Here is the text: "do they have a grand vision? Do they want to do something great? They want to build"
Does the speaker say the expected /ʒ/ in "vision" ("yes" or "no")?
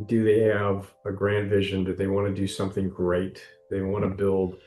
yes